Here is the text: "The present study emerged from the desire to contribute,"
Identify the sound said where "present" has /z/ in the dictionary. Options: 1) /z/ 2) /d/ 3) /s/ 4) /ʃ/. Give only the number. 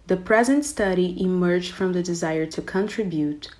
1